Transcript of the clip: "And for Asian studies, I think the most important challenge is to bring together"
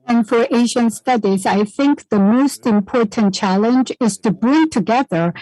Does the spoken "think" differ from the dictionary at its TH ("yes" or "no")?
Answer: no